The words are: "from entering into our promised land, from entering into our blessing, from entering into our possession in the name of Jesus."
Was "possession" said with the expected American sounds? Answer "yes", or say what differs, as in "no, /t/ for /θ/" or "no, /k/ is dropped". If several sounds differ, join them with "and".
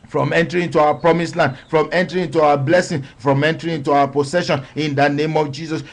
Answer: no, /s/ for /z/